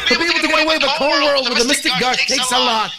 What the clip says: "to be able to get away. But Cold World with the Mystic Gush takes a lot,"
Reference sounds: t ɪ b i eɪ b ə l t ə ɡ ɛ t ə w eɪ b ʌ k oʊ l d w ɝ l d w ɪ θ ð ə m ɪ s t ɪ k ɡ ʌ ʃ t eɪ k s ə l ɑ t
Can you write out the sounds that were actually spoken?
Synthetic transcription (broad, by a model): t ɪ b i eɪ b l t ə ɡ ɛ ə w eɪ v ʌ k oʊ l w ɝ l d w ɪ ð ə m ɪ s t ɪ k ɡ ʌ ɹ t eɪ k s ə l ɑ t